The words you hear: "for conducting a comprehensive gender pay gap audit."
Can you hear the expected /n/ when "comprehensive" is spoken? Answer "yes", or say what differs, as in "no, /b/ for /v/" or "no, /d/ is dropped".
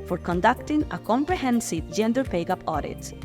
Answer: yes